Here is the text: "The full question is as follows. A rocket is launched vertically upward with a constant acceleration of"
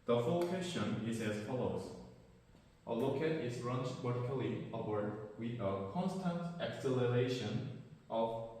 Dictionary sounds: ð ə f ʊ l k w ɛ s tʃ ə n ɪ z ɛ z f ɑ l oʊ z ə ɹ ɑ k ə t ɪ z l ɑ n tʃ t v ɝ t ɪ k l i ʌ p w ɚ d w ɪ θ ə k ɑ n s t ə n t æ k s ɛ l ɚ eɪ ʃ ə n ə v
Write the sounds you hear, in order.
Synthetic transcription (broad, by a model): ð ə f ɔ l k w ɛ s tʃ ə n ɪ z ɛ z f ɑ l oʊ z ə l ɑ k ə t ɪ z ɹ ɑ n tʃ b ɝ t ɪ k l i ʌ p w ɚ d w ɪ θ ə k ɑ n s t ə n t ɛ k s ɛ l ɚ eɪ ʃ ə n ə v